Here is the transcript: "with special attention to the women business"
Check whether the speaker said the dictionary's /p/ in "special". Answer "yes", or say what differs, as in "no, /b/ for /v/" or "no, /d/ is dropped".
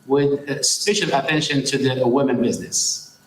no, /f/ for /p/